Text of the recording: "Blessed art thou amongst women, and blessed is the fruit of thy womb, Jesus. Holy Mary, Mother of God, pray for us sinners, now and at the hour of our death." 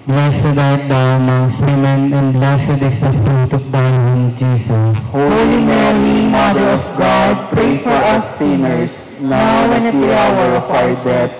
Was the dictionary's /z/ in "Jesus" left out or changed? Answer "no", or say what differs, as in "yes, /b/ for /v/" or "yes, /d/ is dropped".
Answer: yes, /s/ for /z/